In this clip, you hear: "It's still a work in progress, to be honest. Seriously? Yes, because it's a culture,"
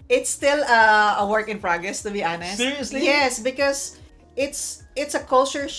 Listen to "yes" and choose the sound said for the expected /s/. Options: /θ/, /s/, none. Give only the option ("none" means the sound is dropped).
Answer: /s/